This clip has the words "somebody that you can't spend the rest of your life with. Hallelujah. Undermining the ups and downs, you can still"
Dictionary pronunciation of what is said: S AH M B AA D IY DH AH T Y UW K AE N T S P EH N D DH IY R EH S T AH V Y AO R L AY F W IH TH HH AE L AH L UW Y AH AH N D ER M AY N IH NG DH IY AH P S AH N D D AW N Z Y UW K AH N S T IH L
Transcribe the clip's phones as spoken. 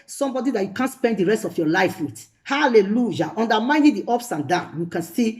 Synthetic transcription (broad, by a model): S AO M B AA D IY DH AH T Y UW K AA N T S P EH N D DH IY R EH S T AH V Y AO L AY F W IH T HH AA L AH L UW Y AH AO N D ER M AY N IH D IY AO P S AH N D D AW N Y UW K AH N S T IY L